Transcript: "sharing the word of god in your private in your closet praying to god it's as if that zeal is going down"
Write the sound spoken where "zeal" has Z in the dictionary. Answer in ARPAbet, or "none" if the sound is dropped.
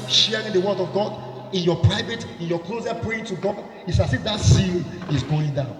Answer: S